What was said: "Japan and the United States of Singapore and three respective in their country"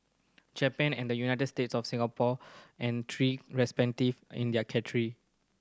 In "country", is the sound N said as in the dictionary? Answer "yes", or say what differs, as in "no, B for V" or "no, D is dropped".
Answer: no, N is dropped